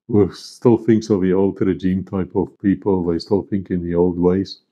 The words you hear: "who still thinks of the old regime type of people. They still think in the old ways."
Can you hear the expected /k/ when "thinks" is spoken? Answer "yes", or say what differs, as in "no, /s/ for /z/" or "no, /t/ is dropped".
yes